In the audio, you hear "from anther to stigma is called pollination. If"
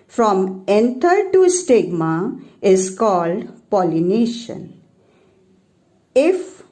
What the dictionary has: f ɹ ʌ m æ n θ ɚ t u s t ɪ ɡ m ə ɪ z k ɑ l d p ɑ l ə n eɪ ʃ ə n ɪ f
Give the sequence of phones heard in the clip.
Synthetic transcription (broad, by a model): f ɹ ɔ m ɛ n t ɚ t u s t ɪ ɡ m ə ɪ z k ɑ l d p ɑ l ə n eɪ ʃ ə n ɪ f